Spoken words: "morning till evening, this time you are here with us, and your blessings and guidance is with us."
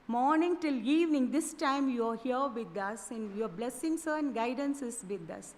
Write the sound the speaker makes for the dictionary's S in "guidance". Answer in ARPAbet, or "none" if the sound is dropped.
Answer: S